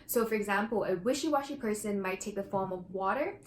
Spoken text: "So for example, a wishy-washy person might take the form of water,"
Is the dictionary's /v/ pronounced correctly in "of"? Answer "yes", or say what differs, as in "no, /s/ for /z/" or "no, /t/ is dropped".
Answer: yes